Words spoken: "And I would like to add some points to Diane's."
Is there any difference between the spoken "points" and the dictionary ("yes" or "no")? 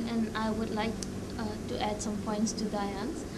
no